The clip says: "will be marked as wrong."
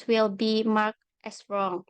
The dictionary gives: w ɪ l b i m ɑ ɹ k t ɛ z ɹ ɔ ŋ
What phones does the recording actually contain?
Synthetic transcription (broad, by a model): w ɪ l b i m ɑ ɹ k t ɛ s ɹ ɔ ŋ